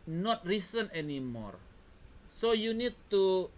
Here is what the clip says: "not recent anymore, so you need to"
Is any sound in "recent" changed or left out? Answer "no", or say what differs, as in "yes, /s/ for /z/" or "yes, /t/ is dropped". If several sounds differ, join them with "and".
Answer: yes, /t/ is dropped